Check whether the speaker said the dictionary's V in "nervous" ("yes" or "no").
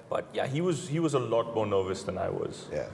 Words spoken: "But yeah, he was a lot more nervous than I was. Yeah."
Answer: yes